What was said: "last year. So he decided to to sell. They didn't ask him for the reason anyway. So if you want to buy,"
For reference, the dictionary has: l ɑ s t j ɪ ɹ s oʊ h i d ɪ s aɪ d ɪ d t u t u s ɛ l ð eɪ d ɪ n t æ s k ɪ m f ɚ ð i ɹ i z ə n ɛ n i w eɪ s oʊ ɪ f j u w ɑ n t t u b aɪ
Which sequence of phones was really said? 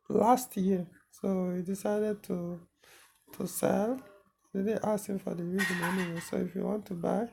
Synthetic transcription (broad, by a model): l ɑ s t j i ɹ s oʊ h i d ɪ s aɪ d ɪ d t u t u s ɛ l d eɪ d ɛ t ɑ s ɪ m f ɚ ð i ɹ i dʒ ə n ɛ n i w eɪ s oʊ ɪ f j u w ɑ n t t u b aɪ